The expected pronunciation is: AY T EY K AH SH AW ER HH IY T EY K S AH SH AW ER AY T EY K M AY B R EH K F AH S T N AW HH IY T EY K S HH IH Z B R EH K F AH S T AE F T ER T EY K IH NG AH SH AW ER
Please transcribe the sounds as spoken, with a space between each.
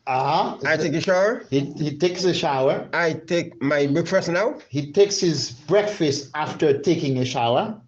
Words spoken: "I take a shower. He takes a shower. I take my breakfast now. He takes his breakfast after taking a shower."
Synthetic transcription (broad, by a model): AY T EY K AH SH AW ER HH IY T EY K S AH SH AW ER AY T EY K M AY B UH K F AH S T N AW HH IY T EY K S HH IH Z B R EH K F AH S T AE F T ER T EY K IH NG AH SH AW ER